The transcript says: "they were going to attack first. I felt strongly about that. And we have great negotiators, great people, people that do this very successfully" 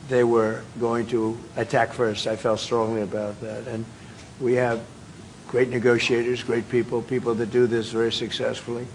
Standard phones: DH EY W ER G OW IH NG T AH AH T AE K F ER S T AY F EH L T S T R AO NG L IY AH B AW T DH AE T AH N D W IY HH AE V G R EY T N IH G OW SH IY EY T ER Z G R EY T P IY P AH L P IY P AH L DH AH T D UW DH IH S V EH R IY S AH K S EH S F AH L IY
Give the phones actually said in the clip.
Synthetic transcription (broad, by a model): DH EY W ER G OW IH NG T AH AH T AE K F ER S T AY F EH L T S T R AO NG L IY AH B AW T DH AE T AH N W IY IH V G R EY T N IH G OW SH IY EY T ER Z G R EY T P IY P L P IY P L DH AH T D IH DH IH S V EH R IY S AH K S EH S F L IY